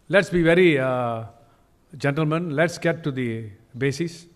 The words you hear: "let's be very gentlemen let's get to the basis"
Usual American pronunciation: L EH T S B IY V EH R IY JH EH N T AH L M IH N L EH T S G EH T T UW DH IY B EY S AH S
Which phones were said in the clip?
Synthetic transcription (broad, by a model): L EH T S B IY V EH R IY JH EH N T AH L M IH N L EH T S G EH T T UW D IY B EY S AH S